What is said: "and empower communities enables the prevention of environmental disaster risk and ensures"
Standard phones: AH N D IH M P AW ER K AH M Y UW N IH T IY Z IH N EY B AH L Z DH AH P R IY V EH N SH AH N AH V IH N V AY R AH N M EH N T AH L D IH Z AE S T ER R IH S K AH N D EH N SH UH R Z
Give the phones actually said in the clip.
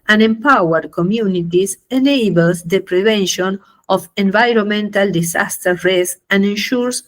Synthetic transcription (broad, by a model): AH N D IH M P AW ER K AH M Y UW N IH T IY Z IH N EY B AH L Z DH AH P R IY V EH N SH AH N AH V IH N V AY R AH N M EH N T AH L D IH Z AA S T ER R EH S AH N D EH N SH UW R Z